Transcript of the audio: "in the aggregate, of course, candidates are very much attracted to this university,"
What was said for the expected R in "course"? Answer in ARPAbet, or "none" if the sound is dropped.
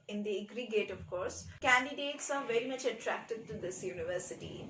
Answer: R